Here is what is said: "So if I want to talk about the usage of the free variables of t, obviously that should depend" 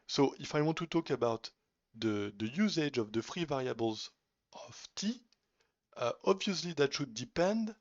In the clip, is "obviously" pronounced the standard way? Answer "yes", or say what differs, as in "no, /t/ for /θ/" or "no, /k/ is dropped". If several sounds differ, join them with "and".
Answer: yes